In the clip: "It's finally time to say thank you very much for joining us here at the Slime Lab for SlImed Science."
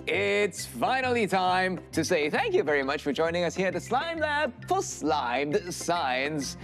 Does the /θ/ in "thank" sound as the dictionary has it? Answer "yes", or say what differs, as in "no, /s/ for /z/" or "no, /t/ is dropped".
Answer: yes